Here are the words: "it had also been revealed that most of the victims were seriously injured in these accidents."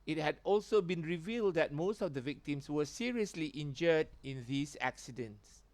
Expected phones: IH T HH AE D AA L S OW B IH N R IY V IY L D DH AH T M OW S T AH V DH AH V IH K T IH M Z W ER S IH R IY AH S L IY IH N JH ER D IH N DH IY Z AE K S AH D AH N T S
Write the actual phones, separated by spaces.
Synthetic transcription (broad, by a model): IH T HH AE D AA L S OW B IH N R IY V IY L D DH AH T M OW S T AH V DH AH V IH K T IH M S W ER S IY R IY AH S L IY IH N JH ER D IH N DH IY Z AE K S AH D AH N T S